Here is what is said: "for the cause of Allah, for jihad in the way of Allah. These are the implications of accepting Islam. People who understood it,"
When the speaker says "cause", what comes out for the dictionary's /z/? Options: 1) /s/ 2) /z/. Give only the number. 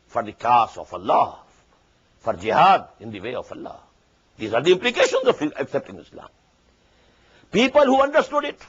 1